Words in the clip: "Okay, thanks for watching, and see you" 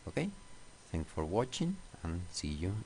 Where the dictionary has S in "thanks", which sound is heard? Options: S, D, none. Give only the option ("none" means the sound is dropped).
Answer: none